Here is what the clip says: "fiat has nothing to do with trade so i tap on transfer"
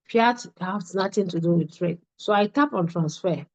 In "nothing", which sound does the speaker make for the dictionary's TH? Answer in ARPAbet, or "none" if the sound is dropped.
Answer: T